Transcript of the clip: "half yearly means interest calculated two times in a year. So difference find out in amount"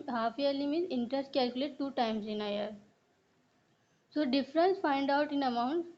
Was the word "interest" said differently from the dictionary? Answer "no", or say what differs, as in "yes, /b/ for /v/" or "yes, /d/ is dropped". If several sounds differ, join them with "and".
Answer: no